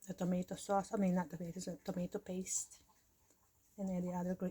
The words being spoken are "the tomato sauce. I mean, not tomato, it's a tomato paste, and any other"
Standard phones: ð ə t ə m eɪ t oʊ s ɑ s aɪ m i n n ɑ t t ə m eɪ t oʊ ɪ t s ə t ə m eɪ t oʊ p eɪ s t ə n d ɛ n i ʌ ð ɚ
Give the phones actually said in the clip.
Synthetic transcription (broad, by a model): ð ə t ə m eɪ t oʊ s ɑ s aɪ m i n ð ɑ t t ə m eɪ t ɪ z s ə t ə m eɪ t oʊ p eɪ s t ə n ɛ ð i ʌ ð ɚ